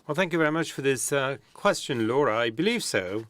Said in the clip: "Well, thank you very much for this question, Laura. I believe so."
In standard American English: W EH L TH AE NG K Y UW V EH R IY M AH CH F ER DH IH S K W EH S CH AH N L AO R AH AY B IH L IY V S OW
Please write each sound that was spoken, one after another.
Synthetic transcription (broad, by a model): W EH L TH AE NG K Y UW V EH R IY M AH CH F ER DH IH S K W EH S CH AH N L AO R AH AY B IH L IY V S OW